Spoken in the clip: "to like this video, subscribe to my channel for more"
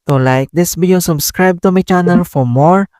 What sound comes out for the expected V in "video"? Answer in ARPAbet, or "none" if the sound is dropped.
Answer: B